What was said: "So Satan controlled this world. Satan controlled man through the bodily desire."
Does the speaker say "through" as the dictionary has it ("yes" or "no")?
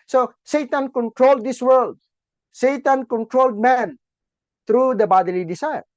no